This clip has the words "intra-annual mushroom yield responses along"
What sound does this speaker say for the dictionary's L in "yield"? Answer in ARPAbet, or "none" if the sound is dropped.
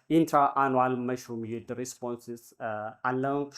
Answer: none